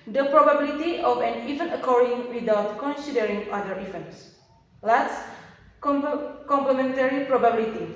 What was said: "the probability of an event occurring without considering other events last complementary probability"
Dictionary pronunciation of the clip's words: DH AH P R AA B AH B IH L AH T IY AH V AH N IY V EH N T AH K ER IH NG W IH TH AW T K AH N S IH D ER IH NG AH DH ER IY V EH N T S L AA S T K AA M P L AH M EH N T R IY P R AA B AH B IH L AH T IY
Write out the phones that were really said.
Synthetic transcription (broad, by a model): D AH P R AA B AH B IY L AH T IY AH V AH N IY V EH N AH K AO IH NG W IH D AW T K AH N S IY D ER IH NG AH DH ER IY F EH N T S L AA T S K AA M P L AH M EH N T R IY P R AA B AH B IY L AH T IY